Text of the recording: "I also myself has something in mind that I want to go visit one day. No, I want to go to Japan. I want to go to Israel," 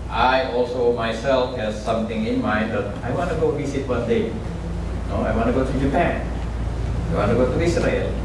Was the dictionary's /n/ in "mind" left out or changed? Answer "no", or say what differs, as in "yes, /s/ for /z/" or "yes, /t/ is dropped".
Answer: yes, /n/ is dropped